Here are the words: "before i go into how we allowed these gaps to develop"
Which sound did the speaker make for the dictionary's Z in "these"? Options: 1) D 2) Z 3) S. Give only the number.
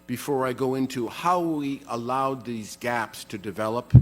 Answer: 2